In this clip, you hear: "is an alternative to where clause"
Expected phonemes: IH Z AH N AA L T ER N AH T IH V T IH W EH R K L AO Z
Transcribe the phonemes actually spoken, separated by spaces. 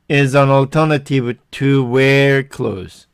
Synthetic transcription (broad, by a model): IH Z AH N AA L T ER N AH T IH V T IH W EH R K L AO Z